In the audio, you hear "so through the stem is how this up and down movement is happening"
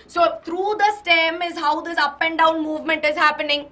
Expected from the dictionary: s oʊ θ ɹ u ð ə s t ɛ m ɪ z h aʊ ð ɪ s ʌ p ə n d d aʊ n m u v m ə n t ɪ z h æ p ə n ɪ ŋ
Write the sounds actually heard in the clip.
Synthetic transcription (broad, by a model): s oʊ t ɹ u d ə s t ɛ m ɪ z h aʊ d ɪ s ʌ p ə n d d aʊ n m u v m ə n t ɪ z h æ p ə n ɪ ŋ